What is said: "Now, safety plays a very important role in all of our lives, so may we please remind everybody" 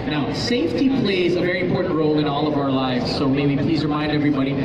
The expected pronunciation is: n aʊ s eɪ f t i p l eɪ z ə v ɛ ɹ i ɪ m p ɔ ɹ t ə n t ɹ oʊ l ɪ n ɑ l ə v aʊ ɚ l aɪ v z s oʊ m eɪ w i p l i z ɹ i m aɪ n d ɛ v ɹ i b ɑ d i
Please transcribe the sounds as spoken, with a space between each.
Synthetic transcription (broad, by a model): n aʊ s eɪ f t i p l eɪ z ə v ɛ ɹ i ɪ m p ɔ ɹ t n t ɹ oʊ l ɪ n ɑ l ə v aʊ ɚ l aɪ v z s oʊ m eɪ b i p l i z ɹ i m aɪ n d ɛ v ɹ i b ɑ d i